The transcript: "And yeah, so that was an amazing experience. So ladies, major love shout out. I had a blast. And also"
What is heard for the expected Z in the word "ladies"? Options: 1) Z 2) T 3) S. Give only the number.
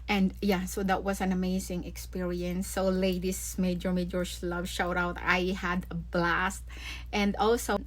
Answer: 3